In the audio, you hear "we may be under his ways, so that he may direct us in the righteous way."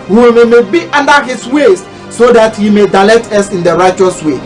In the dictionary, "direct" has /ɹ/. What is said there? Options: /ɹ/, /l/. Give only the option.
/l/